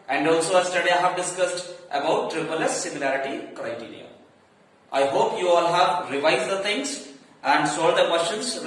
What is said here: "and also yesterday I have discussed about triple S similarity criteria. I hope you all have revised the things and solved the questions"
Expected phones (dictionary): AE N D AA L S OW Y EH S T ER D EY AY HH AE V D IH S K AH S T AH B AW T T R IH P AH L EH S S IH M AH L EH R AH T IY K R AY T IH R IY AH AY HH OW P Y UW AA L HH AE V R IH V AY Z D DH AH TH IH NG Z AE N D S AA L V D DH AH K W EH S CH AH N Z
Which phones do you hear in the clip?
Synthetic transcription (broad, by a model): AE N D AA L S OW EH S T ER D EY AY HH AE V D IH S K AH S T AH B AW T T R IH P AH L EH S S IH M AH L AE R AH T IY K R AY T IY R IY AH AY HH OW P Y UW AA L HH AE V R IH V AY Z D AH T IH NG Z AE N D S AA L D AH K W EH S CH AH N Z